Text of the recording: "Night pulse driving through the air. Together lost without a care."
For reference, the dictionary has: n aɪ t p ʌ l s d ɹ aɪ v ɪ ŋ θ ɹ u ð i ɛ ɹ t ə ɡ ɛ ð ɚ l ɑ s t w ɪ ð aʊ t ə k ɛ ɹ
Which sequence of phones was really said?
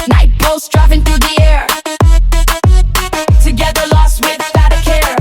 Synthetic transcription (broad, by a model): n aɪ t b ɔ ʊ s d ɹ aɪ f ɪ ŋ θ ɹ u ð i ɛ ɹ t ə ɡ ɛ ð ɚ l ɑ s t w ɪ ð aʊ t ə k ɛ ɹ